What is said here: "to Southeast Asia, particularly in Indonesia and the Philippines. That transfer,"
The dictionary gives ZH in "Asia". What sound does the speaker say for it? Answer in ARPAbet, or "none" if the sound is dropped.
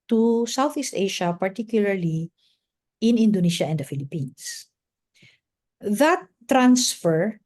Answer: SH